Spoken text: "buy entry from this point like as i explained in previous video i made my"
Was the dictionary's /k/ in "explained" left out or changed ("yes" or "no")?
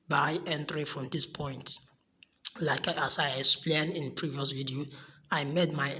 no